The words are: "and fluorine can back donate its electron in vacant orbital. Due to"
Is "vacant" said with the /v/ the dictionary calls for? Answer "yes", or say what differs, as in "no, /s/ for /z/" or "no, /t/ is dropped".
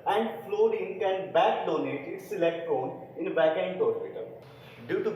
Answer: no, /b/ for /v/